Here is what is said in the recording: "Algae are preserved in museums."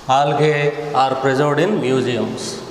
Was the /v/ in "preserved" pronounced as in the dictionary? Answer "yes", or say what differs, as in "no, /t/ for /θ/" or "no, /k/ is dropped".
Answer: no, /v/ is dropped